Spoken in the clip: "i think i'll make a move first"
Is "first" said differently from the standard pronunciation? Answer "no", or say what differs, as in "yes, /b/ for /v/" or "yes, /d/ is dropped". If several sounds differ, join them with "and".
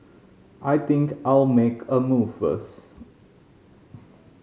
yes, /t/ is dropped